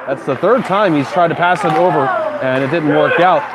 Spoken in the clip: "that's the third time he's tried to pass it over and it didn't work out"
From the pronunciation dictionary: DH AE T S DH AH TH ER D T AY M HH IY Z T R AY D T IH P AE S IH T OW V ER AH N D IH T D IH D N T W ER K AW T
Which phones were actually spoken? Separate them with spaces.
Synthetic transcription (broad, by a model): DH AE T S DH AH TH ER D T AY M HH IY Z T R AY D T IH P AE S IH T OW V ER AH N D IH T D IH D N T W ER K AW T